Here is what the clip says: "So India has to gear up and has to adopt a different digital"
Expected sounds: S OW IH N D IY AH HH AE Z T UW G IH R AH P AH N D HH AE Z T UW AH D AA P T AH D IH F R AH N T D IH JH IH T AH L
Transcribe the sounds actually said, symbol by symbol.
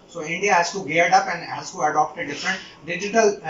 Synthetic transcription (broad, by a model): S OW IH N D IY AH HH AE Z T UW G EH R AH P AH N D HH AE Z T UW AH D AA P T AH D IH F R AH N T D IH JH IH T AH L